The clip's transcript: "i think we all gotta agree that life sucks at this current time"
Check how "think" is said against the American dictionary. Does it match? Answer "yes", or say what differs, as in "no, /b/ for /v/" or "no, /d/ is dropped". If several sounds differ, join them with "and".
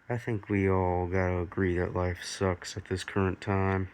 yes